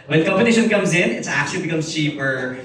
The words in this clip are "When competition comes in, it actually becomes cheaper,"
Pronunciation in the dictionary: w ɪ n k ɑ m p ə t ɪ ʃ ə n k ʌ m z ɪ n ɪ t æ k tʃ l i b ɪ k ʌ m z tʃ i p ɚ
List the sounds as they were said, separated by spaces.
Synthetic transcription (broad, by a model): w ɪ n k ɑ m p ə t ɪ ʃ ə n k ʌ m z ɪ n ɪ t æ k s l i b ɪ k ʌ m z tʃ i p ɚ